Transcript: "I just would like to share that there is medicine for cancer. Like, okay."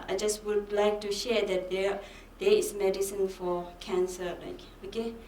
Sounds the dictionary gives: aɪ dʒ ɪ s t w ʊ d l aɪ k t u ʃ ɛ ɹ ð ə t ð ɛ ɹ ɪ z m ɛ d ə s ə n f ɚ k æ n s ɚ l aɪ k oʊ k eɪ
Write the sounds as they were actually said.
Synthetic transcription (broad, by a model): aɪ dʒ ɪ s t w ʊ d l aɪ k t u ʃ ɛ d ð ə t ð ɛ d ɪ s m ɛ d ə s ə n f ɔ k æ n s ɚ l aɪ k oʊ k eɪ